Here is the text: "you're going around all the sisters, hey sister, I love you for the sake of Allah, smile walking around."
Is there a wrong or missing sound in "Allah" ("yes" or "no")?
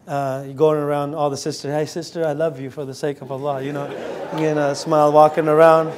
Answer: yes